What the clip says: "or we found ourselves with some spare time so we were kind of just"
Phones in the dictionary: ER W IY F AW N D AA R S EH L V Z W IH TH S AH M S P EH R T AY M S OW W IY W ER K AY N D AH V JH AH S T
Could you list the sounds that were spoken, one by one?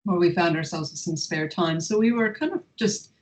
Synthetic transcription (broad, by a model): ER W IY F AW N D AA R S EH L V Z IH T S AH M S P EH R T AY M S OW W IY W ER K AY N D AH V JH AH S T